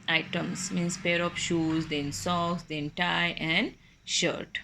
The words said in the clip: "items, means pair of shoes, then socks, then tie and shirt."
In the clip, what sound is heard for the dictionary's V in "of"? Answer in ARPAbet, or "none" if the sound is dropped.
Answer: P